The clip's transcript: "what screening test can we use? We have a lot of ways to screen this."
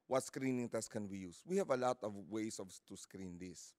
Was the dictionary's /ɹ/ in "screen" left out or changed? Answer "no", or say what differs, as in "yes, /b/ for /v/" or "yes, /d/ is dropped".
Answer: no